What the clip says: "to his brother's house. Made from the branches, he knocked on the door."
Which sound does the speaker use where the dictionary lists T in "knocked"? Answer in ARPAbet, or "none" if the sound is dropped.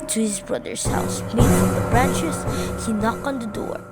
none